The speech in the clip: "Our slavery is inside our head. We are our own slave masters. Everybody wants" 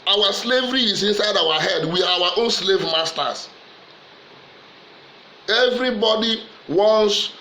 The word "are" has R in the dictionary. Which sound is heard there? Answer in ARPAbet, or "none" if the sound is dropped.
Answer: W